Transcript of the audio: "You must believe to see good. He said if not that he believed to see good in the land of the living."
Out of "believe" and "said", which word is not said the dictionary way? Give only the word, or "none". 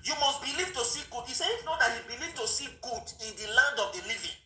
said